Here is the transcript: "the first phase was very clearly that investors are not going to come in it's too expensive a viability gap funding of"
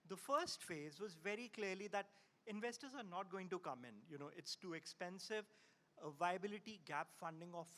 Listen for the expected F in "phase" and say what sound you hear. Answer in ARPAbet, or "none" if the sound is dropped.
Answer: F